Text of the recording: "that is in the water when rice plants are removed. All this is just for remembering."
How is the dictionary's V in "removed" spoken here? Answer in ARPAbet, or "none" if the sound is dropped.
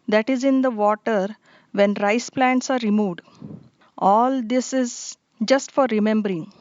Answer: V